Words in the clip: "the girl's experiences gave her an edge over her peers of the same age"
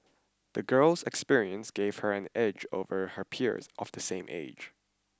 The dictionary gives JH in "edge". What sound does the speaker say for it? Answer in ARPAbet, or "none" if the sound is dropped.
JH